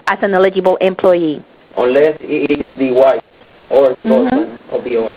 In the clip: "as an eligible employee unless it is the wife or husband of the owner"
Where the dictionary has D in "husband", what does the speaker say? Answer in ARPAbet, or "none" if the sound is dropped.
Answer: none